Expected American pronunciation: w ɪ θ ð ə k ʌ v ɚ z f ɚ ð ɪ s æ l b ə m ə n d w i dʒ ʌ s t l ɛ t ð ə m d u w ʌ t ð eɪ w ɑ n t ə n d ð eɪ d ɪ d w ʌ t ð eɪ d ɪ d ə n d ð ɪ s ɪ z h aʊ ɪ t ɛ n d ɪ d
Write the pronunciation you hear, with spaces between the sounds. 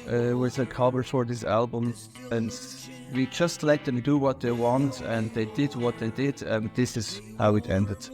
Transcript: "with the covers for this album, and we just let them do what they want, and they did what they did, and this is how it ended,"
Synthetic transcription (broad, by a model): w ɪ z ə k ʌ b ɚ f ɚ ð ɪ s æ l b ə m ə n w i dʒ ʌ s t l ɛ t ð ə m d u w ʌ t ð eɪ w ɑ n t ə n ð eɪ d ɪ d w ʌ t ð eɪ d ɪ d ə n ð ɪ s ɪ z h aʊ ɪ t ɛ n d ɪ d